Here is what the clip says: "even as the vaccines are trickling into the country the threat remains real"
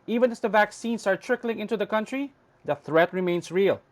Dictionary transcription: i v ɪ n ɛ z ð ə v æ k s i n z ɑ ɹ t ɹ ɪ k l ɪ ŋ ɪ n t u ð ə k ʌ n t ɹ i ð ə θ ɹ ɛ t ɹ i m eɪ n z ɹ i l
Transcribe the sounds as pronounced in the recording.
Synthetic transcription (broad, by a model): i v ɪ n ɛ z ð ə v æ k s i n s ɑ ɹ t ɹ ɪ k l ɪ ŋ ɪ n t u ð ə k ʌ n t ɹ i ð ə θ ɹ ɛ t ɹ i m eɪ n s ɹ i l